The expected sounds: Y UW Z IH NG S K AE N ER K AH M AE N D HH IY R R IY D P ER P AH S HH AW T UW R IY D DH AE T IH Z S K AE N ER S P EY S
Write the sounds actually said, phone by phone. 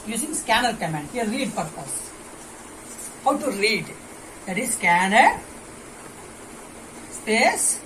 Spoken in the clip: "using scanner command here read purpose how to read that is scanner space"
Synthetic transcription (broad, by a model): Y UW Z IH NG S K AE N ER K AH M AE N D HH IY L R IY D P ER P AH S HH AW T UW R IY D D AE T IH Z S K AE N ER S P EY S